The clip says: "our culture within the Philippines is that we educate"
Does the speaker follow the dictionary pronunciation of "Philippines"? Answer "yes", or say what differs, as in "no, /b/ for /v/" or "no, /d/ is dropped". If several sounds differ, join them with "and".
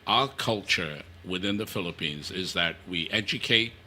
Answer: yes